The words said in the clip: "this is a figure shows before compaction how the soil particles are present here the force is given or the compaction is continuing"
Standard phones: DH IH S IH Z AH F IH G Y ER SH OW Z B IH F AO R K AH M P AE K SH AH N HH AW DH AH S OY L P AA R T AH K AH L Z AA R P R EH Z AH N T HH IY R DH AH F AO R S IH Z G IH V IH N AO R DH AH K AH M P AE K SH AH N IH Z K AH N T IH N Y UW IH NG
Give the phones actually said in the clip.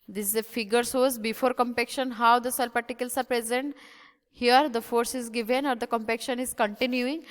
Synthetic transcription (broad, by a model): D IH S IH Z AH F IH G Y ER S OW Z B IH F AO R K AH M P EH K SH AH N HH AW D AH S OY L P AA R T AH K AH L S AA R P R EH Z AH N T HH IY R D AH F AO R S IH Z G IH V IH N AO R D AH K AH M P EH K SH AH N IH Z K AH N T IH N Y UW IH NG